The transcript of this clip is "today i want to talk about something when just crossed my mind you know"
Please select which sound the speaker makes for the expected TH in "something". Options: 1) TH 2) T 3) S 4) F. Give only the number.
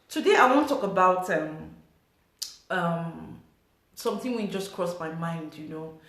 3